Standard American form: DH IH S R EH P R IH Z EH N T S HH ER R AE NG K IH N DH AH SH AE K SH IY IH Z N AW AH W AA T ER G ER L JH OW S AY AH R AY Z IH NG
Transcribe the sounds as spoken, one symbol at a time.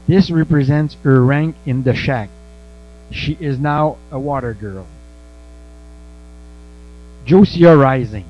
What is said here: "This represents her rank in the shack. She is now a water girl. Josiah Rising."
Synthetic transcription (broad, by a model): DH IH S R EH P R IH Z EH N T S HH ER R AE NG K IH N DH AH SH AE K SH IY IH Z N AW AH W AA T ER G ER L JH OW S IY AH R AY Z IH NG